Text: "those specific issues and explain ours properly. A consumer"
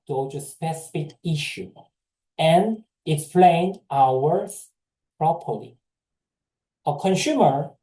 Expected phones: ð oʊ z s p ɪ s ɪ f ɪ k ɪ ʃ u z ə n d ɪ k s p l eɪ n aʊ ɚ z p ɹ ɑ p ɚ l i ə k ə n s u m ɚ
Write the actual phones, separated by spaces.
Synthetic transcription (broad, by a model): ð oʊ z s p ɪ s ɪ f ɪ k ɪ ʃ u ə n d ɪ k s p l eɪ n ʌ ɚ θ p ɹ ɑ p ɚ l i ə k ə n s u m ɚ